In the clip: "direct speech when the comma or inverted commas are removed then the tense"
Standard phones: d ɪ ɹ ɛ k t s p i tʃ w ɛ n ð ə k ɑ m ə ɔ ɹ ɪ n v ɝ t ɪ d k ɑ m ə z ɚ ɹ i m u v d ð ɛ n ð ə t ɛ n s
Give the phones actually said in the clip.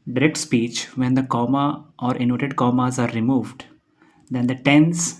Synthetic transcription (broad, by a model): d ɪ ɹ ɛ k t s p i tʃ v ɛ n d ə k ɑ m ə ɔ ɹ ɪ n ɔ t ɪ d k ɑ m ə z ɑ ɹ i m u v d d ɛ n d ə t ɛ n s